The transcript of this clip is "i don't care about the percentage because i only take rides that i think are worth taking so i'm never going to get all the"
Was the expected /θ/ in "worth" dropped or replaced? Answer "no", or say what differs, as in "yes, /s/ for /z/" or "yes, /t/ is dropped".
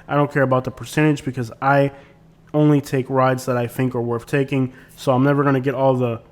no